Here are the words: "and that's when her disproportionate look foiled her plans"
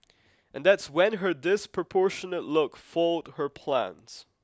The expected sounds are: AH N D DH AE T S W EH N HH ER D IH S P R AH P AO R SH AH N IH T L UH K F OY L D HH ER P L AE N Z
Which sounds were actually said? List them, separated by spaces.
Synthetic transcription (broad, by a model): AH N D DH AE T S W EH N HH ER D IH S P R AH P AO R SH AH N IH T L UH K F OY L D HH ER P L AE N Z